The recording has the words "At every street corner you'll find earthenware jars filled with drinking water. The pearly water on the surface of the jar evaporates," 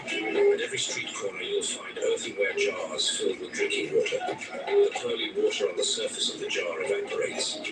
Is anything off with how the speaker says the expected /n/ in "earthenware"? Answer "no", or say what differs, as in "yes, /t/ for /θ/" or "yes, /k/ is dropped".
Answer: yes, /n/ is dropped